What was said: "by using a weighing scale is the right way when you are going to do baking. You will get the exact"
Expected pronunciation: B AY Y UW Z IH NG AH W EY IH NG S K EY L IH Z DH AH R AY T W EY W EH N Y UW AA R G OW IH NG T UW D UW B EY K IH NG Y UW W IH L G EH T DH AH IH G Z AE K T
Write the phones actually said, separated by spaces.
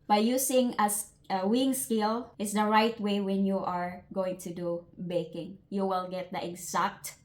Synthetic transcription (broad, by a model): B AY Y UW S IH NG AH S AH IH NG S K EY L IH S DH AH R AY T W EY W EH N Y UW AA R G OW IH NG T UW D UW B EY K IH NG Y UW W IH L G EH T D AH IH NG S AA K T